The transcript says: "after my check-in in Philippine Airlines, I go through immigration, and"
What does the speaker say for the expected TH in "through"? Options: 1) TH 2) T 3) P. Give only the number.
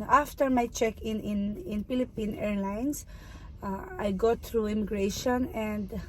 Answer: 2